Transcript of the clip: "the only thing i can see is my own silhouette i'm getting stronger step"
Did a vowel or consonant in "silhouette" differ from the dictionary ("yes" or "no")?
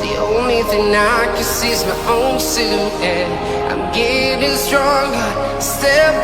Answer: yes